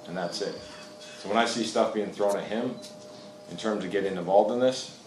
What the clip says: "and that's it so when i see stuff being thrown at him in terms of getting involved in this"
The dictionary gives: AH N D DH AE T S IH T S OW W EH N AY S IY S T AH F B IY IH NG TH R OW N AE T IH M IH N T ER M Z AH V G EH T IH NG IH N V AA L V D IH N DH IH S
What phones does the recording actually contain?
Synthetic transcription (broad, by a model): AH N DH AE T S IH T S OW W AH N AY S IY S T AH F B IY IH NG TH R OW N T IH M IH N T ER M Z AH V G EH T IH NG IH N V AA L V D IH N DH IH S